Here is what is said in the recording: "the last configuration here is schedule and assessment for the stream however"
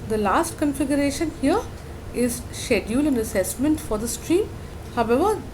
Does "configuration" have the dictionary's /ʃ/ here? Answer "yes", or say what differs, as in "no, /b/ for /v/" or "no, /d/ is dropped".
yes